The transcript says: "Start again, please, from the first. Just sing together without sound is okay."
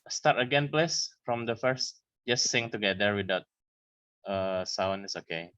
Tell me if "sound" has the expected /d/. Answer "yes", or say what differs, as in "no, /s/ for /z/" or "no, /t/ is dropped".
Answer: no, /d/ is dropped